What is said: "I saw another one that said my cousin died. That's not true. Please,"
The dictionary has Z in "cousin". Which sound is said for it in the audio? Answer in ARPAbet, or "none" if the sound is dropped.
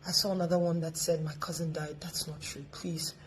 Z